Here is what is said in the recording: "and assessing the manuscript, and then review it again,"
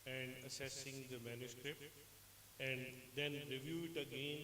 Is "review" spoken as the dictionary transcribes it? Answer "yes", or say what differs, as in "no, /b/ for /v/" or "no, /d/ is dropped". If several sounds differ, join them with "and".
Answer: yes